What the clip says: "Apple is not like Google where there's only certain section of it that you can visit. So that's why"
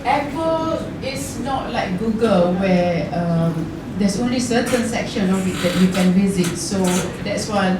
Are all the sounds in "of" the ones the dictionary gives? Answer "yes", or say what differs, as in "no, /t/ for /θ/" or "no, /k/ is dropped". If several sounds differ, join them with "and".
no, /w/ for /v/